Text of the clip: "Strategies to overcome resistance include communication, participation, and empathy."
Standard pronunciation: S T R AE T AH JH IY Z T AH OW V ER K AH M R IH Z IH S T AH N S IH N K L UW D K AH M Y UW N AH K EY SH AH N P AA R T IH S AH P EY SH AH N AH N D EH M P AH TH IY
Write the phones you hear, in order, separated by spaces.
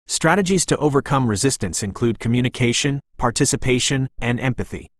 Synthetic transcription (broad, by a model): S T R AE T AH JH IY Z T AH OW V ER K AH M R IH Z IH S T AH N S IH N K L UW D K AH M Y UW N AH K EY SH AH N P AA R T IH S AH P EY SH AH N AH N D EH M P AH TH IY